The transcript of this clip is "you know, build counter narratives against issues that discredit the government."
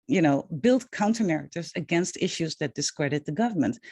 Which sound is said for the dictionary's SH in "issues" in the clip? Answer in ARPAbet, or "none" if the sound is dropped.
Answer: SH